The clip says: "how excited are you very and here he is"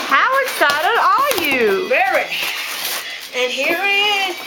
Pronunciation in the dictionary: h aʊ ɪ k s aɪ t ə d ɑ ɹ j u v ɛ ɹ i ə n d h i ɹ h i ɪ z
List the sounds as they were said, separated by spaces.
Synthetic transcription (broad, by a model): h aʊ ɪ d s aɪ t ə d ɑ l j u v ɛ ɹ i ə n h i ɹ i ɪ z